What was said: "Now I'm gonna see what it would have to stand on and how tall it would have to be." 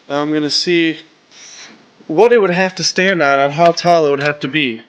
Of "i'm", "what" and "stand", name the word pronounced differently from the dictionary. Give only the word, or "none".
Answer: none